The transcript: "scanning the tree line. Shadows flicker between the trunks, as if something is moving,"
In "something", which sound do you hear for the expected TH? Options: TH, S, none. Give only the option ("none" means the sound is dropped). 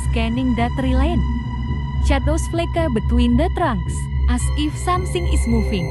S